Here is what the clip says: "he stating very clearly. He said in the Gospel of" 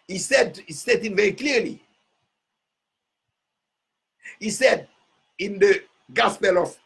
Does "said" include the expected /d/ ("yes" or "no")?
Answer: yes